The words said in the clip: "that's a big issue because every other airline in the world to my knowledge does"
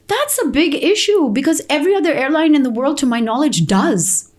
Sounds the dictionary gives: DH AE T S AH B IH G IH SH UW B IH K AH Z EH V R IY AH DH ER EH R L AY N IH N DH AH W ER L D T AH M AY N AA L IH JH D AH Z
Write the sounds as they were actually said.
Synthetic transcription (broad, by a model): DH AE T S AH B IH G IH SH UW B IH K AH Z EH V R IY AH DH ER EH R L AY N IH N DH AH W ER L D T AH M AY N AA L IH JH D AH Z